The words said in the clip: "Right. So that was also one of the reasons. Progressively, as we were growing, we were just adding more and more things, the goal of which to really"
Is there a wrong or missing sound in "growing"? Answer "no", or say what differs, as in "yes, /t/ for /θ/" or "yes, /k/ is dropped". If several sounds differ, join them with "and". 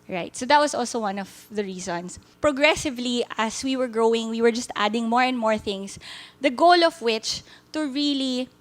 no